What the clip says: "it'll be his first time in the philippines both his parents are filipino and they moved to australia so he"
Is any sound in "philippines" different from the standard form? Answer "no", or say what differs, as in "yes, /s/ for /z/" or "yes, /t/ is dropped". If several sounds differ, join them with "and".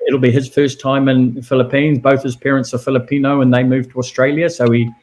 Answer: no